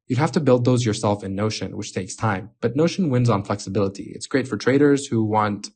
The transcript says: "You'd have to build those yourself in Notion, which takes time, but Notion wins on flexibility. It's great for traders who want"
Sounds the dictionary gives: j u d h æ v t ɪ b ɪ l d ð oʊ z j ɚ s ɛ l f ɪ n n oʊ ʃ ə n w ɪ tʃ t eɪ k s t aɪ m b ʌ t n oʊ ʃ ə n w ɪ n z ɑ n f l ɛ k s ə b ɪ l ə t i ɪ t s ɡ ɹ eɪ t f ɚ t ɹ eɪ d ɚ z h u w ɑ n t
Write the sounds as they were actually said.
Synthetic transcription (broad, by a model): j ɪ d h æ f t ɪ b ɪ l d ð oʊ z j ɚ s ɛ l f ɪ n n oʊ ʃ ə n w ɪ tʃ t eɪ k s t aɪ m b ʌ t n oʊ ʃ ə n w ɪ n z n f l ɛ k s ə b ɪ l ə t i ɪ t s ɡ ɹ eɪ t f ɚ t ɹ eɪ d ɚ z h u w ɑ n t